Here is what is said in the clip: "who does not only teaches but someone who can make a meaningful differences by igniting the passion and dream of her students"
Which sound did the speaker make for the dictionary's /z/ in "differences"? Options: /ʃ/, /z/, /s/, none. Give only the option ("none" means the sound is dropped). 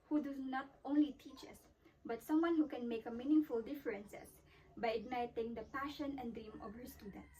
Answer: /s/